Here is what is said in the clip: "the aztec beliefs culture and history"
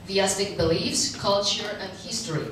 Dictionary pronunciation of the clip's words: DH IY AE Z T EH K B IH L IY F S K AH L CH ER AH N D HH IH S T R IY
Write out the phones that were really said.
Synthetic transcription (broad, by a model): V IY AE S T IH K B IH L IY F S K AH L CH ER AH N D HH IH S T R IY